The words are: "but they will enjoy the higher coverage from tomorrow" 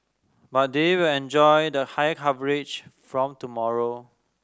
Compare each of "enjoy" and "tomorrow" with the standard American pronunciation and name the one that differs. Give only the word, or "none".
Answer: none